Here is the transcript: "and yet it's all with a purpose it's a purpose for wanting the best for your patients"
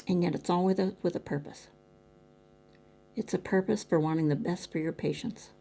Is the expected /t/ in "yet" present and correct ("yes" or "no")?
yes